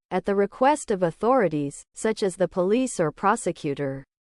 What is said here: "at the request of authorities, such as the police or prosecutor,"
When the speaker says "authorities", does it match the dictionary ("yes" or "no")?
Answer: yes